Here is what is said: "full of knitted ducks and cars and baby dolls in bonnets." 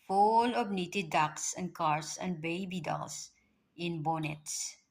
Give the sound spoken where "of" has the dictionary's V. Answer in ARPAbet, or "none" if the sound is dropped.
B